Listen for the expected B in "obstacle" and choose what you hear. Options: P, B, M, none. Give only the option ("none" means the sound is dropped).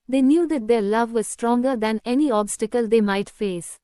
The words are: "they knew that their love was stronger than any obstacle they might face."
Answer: B